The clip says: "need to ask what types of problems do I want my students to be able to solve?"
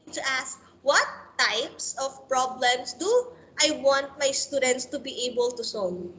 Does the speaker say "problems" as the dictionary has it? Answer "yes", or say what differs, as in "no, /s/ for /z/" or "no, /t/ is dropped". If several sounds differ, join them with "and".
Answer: no, /s/ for /z/